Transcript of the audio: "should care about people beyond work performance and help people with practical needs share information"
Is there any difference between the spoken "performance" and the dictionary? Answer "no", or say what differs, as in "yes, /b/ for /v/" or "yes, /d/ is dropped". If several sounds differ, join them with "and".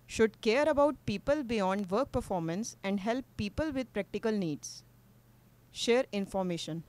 no